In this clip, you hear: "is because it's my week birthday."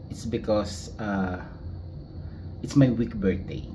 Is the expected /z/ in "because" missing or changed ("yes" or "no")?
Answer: yes